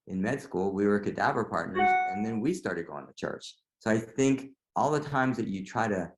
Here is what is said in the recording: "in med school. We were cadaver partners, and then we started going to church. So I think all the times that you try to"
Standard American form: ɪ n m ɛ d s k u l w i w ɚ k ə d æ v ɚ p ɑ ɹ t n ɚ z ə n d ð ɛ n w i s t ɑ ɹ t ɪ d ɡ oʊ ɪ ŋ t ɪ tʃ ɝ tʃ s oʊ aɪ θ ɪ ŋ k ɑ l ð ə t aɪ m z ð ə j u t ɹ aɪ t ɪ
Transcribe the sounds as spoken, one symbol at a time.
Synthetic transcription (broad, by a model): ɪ n m ɛ d s k u l w i w ɚ k ə d æ v ɚ p ɑ ɹ t n ɚ z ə n ð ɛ n w i s t ɑ ɹ t ɪ d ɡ oʊ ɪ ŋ t ɪ tʃ ɝ tʃ s oʊ aɪ θ ɪ ŋ k ɑ l ð ə t aɪ m z ð ə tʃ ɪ t ɹ aɪ t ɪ